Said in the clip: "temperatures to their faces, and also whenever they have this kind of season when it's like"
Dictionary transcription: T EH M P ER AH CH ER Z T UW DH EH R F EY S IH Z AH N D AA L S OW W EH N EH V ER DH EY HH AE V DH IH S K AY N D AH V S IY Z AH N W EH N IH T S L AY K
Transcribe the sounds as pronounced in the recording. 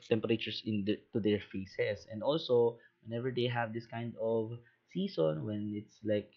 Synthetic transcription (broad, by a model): T EH M P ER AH CH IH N T UW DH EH R F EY S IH S AH N D AA L S OW W EH N EH V ER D EY HH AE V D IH S K AY N D AH V S IY S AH N W EH N IH T S L AY K